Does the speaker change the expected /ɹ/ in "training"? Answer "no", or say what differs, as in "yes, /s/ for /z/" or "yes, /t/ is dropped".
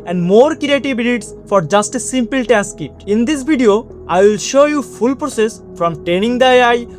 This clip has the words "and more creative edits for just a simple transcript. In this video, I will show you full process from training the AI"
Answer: yes, /ɹ/ is dropped